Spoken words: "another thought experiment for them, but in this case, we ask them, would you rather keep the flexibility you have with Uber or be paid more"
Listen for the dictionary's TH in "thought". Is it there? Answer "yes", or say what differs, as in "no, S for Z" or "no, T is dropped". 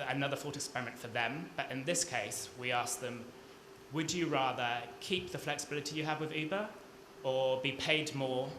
no, F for TH